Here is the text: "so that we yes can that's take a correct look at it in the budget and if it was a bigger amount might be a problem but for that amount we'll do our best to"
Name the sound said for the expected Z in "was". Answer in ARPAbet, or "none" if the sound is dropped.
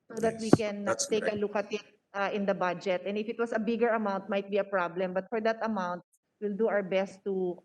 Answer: S